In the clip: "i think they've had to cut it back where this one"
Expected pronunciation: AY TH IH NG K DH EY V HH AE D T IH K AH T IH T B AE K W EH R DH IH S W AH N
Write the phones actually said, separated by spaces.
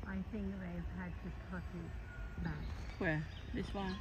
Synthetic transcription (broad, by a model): AY TH IH NG K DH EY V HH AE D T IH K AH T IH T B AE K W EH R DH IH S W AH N